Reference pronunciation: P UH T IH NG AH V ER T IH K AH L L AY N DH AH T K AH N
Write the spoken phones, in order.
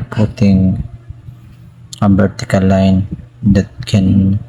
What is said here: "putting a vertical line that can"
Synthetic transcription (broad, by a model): P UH T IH NG AH B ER T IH K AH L L AY N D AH T K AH N